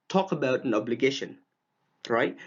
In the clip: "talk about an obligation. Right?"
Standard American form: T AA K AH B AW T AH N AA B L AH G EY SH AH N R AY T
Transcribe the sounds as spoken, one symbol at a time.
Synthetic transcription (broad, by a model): T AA K AH B AW T AH N AA B L AH G EY SH AH N R AY T